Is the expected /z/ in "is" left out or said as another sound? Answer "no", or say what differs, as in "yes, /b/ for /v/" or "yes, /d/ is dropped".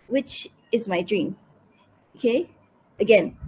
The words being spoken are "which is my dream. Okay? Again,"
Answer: no